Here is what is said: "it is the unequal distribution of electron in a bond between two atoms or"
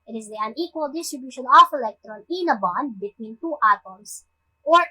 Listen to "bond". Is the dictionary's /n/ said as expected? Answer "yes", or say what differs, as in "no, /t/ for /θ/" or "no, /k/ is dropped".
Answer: yes